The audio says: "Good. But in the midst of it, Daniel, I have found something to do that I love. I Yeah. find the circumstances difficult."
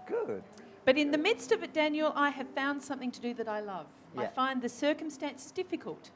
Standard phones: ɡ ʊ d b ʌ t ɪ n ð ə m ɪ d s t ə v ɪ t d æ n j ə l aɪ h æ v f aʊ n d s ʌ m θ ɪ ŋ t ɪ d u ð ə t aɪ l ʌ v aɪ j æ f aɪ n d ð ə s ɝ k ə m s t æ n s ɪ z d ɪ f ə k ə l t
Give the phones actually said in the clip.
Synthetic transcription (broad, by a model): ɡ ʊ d b ʌ t ɪ n ð ə m ɪ d s t ə v ɪ t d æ n j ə l aɪ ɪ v f aʊ n d s ʌ m θ ɪ ŋ t ɪ d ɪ ð ə t aɪ l ʌ v aɪ f aɪ n ð ə s ɝ k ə m s t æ n s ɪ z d ɪ f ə k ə l t